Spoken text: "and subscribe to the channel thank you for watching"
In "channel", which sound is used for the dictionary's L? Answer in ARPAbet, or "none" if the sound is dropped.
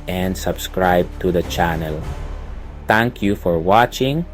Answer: L